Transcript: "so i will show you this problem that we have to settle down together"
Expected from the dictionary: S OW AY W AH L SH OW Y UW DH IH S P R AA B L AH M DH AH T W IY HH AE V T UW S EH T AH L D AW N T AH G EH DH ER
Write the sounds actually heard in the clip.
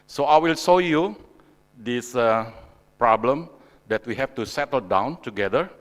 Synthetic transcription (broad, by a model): S OW AY W AH L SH OW Y UW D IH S P R AA B L AH M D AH T W IY HH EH F T UW S EH T AH L D AW N T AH G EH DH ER